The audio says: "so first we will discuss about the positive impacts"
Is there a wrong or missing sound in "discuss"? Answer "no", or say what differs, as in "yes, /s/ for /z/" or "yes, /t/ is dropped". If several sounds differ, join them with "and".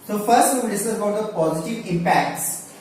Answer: yes, /k/ is dropped